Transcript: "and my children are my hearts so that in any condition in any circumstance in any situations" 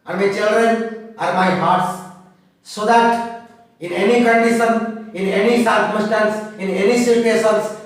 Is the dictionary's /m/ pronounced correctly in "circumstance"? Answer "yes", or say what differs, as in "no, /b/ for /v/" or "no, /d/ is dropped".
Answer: no, /m/ is dropped